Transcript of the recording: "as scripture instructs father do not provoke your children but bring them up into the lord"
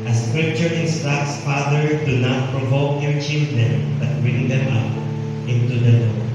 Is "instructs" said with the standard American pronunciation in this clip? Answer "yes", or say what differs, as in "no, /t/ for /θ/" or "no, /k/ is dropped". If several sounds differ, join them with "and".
no, /ɹ/ is dropped